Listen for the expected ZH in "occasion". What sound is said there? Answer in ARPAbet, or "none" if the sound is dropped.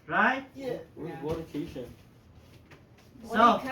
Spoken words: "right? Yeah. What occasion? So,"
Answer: SH